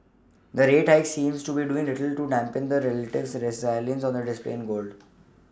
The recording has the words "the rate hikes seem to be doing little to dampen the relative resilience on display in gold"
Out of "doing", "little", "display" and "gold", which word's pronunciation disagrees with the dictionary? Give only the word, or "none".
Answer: none